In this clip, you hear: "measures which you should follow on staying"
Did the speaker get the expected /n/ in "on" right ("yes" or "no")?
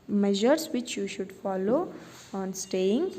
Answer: yes